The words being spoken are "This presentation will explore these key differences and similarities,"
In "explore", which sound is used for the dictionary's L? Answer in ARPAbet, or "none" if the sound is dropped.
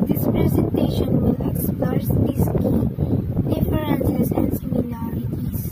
none